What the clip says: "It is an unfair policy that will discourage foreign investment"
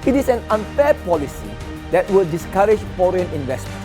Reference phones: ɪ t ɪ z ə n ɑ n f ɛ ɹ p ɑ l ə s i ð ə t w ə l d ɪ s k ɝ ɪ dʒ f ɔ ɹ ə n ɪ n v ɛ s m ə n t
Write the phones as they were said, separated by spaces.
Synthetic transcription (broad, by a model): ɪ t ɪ s ə n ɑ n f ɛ p ɑ l ə s i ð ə t w ə l d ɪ s k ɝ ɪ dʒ f ɔ ɹ ə n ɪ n v ɛ s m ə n